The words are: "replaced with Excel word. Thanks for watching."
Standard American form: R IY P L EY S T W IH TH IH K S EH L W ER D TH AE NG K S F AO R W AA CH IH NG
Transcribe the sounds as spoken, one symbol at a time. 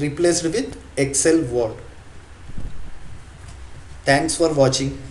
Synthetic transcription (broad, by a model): R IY P L EY S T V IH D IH K S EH L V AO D T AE NG K S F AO R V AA CH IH NG